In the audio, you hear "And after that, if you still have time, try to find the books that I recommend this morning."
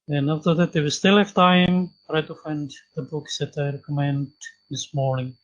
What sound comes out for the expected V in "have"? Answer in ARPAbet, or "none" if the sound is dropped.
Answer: F